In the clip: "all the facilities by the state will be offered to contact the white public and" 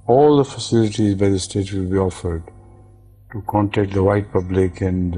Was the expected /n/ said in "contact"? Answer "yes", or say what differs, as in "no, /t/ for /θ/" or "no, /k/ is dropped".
yes